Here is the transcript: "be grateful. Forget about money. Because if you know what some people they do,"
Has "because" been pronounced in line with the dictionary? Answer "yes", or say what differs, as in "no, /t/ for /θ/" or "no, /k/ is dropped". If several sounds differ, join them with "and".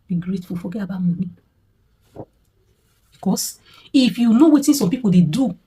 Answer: no, /s/ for /z/